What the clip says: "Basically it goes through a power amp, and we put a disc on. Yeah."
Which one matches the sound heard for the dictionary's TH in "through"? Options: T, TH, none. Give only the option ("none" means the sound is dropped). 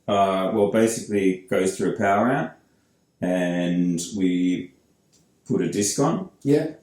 TH